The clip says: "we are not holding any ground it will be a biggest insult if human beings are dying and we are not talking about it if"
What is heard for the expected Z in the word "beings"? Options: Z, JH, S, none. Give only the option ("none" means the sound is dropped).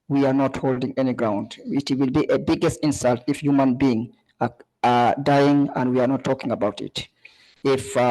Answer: none